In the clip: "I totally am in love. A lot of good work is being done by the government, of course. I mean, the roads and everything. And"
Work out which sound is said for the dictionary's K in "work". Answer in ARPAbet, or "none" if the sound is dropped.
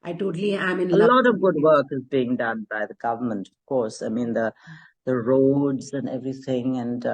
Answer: K